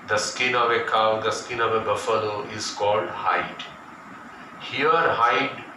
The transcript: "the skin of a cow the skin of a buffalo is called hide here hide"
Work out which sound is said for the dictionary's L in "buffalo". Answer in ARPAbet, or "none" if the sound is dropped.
N